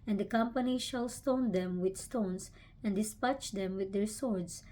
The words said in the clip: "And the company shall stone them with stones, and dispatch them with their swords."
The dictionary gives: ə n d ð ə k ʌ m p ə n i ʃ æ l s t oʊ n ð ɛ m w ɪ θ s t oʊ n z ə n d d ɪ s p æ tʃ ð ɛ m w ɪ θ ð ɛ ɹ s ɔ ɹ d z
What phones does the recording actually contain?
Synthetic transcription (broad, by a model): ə n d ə k ʌ m p ə n i ʃ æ l s t oʊ n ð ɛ m w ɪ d s t oʊ n s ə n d d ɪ s p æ tʃ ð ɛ m w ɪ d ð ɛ ɹ s ɔ ɹ d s